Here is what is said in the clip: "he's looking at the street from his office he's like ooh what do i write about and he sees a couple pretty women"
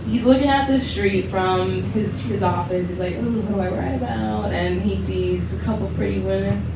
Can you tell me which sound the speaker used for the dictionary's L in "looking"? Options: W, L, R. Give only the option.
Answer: L